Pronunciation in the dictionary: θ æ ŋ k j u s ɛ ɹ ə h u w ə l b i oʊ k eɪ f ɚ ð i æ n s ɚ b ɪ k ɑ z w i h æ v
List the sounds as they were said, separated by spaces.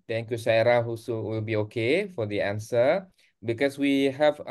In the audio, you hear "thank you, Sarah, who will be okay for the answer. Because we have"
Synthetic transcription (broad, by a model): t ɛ ŋ k j u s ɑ ɹ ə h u w ə l b i oʊ k eɪ f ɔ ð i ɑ n s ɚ b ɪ k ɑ s w i h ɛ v